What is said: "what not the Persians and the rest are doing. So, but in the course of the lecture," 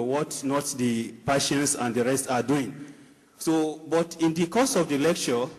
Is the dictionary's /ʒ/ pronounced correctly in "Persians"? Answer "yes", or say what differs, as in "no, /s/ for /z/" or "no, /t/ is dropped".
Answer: no, /ʃ/ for /ʒ/